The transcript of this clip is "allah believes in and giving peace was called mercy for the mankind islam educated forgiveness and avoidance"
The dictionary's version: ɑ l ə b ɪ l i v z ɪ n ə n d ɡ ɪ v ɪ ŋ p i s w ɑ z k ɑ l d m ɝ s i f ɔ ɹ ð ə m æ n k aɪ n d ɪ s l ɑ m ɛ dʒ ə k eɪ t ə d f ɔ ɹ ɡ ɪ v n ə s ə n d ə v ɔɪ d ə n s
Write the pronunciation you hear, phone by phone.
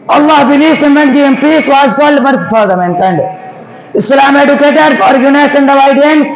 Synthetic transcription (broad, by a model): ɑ l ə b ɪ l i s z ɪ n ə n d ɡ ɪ ɪ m p i s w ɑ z k ɑ l d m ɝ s f ɔ ɹ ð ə m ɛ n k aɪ n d ɪ s l ɑ m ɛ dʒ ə k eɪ t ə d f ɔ ɹ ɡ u n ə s ə n d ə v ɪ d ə n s